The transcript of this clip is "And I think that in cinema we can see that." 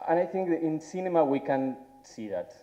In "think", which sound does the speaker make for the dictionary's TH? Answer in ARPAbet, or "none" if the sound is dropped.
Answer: TH